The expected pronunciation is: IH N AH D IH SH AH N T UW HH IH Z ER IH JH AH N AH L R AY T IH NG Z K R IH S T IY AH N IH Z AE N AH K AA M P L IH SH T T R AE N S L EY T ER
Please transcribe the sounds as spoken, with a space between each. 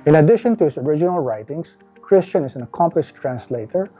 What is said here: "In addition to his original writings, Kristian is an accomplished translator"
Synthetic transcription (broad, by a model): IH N AH D IH SH AH N T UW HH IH S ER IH JH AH N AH L R AY T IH NG S K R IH S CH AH N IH S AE N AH K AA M P L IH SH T T R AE N S L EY T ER